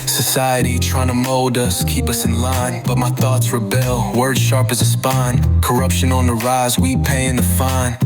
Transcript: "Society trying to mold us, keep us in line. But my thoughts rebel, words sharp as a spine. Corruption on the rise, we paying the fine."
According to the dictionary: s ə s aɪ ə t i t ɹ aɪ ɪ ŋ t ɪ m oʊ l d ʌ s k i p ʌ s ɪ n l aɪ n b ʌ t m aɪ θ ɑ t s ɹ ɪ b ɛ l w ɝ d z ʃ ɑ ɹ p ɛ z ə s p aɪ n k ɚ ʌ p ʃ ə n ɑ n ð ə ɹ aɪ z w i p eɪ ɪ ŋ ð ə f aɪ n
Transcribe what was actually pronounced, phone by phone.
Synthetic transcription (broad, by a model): s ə s aɪ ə t i t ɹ aɪ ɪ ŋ t ɪ m oʊ l d ʌ s k i p ʌ s ɪ n l aɪ n b ʌ t m aɪ θ ɑ t s ɹ ɪ b ɛ l w ɝ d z ʃ ɑ ɹ p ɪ z ə s p aɪ n k ɚ ʌ p ʃ ə n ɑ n ð ə ɹ aɪ z w i p eɪ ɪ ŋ ð ə f aɪ n